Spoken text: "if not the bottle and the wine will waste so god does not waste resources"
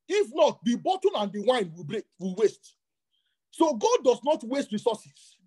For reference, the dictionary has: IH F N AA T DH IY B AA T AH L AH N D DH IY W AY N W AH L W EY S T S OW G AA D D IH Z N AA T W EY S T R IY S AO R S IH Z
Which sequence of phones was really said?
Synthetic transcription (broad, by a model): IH F N AA T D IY B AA T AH N AH N D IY W AY N W AH L W EY S T S OW G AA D D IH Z N AA T W EY S T R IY S AO S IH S